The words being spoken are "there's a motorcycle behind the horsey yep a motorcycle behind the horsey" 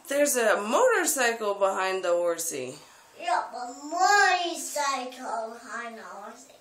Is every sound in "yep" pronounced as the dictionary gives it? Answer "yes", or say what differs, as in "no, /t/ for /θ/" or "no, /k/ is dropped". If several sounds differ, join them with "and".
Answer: no, /b/ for /p/